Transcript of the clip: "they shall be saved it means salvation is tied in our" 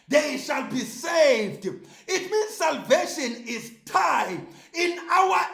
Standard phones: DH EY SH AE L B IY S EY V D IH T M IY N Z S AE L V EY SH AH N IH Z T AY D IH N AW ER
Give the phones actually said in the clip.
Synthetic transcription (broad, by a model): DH EY SH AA L B IY S EY V D IH T M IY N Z S AE L V EY SH AH N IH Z T AY IH N AW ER